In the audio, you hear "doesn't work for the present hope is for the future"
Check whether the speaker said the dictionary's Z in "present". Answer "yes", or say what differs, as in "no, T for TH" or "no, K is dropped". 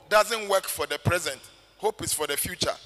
yes